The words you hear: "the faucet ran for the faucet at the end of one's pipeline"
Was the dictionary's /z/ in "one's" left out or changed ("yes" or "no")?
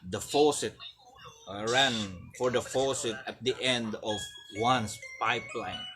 yes